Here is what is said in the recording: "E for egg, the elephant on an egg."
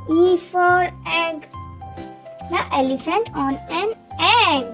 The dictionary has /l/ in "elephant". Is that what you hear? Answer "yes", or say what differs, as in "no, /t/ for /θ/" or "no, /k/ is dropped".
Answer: yes